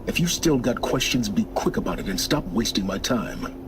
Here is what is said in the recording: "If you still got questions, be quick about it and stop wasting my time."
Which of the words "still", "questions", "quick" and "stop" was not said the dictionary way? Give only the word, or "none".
none